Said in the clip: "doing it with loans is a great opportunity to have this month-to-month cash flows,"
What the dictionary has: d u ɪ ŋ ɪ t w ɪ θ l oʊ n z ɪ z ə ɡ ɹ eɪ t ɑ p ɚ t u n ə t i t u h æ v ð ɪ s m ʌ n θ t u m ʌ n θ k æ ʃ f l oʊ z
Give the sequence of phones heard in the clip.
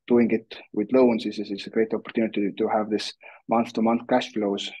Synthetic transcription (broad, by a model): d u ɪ ŋ ɪ t w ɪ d l oʊ n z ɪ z ə ɡ ɹ eɪ t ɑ p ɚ t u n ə t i t u h æ v ð ɪ s m ʌ n θ t u m ʌ n θ k æ ʃ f l oʊ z